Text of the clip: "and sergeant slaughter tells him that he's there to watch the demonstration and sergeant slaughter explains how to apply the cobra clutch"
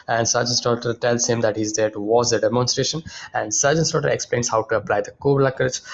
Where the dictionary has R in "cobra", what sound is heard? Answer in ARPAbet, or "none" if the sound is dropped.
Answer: L